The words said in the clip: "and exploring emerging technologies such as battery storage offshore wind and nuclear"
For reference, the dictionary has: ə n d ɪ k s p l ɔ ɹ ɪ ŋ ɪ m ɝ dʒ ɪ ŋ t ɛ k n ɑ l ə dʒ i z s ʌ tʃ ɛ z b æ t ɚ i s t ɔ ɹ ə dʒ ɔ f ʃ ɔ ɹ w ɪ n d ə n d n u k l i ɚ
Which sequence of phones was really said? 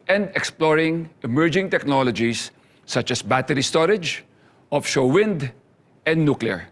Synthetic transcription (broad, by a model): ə n d ɪ k s p l ɔ ɹ ɪ ŋ ɪ m ɝ dʒ ɪ ŋ t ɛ k n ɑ l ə dʒ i s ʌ tʃ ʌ s b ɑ t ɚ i s t ɔ ɹ ə dʒ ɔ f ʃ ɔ w ɪ n d ə n d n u k l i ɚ